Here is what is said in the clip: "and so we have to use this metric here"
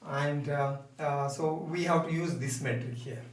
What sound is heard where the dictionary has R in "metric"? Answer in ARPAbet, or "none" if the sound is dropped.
none